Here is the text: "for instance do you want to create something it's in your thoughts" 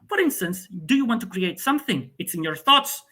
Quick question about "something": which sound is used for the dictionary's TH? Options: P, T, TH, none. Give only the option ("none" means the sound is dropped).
TH